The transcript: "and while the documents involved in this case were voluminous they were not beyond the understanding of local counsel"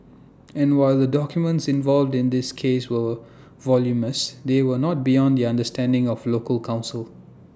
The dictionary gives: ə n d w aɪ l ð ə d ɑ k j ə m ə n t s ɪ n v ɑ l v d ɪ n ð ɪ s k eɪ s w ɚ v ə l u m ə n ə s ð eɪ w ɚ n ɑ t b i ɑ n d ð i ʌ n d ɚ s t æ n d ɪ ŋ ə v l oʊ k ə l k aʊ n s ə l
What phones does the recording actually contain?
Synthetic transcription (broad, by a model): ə n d w aɪ l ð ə d ɑ k j ə m ə n t s ɪ n v ɑ l v d ɪ n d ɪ s k eɪ s w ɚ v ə l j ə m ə s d eɪ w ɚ n ɑ t b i ɑ n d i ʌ n d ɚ s t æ n d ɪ ŋ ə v l oʊ k ə l k aʊ n s ə l